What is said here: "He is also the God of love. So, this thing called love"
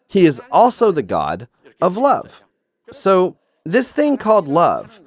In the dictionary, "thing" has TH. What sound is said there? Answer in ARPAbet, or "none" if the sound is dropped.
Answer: TH